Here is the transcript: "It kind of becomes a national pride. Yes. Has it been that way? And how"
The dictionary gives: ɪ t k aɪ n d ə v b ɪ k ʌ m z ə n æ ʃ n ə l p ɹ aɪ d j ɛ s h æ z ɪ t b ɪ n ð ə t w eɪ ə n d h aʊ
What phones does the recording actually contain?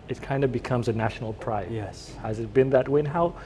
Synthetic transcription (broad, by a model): ɪ t k aɪ n d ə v b ɪ k ʌ m z ə n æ ʃ n l p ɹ aɪ j ɛ s h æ z ɪ t b ɪ n ð ə t w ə n h aʊ